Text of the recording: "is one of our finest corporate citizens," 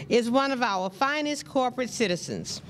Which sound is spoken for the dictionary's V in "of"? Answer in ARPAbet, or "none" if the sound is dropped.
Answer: V